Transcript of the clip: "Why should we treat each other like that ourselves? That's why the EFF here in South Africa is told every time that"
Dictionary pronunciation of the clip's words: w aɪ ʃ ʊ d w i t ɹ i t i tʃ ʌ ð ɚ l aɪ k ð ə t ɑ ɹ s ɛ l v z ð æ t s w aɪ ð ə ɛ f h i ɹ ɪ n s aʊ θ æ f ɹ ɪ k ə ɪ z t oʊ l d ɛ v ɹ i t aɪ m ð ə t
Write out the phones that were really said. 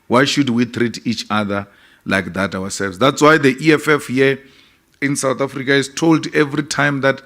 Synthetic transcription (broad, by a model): w aɪ ʃ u d w i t ɹ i t i tʃ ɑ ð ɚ l aɪ k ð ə t ɑ w s ɛ l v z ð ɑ t s w aɪ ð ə ɛ f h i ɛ ɪ n s aʊ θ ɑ f ɹ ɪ k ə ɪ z t oʊ l d ɛ v ɹ i t aɪ m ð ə t